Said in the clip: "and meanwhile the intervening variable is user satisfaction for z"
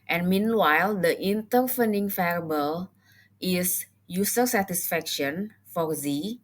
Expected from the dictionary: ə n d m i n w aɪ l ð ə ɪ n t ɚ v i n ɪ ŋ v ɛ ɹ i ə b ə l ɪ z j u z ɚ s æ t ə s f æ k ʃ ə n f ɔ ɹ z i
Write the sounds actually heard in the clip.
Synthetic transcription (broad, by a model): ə n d m i n w aɪ l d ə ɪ n t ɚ f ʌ n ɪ ŋ f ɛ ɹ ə b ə l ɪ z j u s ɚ s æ t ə s f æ k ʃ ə n f ɔ ɹ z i